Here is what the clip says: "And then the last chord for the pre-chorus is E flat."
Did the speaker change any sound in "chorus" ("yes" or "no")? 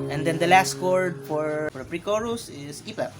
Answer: no